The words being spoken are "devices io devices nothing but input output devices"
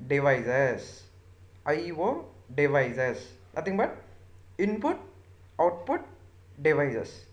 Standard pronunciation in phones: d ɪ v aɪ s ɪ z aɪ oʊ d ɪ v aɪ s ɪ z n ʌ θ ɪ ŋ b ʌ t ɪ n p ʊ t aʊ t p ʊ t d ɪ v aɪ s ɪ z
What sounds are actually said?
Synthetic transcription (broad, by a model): d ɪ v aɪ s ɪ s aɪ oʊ d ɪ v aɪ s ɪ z n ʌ t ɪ ŋ b ʌ t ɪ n p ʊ t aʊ t p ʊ t d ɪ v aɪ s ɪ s